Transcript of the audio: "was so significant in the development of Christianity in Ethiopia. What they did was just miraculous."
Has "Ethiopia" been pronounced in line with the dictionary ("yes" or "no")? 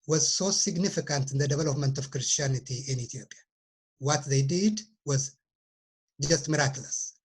no